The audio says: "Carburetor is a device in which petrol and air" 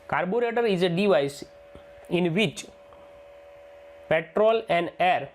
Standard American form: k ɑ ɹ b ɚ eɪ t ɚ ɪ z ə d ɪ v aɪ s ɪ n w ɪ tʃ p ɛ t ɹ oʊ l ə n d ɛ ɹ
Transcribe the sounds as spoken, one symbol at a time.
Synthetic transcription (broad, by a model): k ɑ ɹ b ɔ eɪ t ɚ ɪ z ə d ɪ v aɪ s ɪ n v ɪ tʃ p ɛ t ɹ oʊ l ə n d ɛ ɹ